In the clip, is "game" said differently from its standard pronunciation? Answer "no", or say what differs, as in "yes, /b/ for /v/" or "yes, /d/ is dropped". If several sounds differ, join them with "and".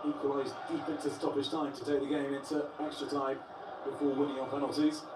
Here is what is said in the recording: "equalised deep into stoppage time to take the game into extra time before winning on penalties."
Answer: no